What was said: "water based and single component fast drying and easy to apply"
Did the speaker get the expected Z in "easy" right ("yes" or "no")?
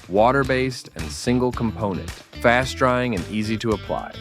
yes